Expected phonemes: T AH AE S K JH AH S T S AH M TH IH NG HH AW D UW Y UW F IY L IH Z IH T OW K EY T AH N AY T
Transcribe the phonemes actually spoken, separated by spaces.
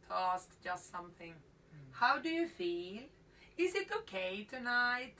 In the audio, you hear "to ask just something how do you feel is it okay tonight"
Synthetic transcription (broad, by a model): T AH AE S K JH AH S T S AH M TH IH NG HH AW D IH Y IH F IY L IH Z IH T OW K EY T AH N AY T